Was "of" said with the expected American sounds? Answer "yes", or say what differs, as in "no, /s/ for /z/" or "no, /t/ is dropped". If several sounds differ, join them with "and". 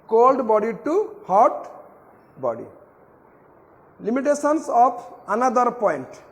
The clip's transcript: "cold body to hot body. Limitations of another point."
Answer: no, /p/ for /v/